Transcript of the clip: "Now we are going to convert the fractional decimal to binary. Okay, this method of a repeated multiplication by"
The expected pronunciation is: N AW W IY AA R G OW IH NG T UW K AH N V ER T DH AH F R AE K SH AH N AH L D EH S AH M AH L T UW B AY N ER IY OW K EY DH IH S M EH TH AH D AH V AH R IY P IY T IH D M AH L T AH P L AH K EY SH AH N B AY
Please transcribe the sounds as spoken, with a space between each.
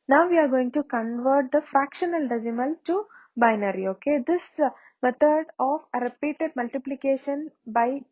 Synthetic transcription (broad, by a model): N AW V IY AA R G OW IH NG T UW K AH N V ER T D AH F R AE K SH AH N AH L D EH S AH M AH L T UW B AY N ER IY OW K EY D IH S M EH T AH D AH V AH R IY P IY T IH D M AH L T AH P L AH K EY SH AH N B AY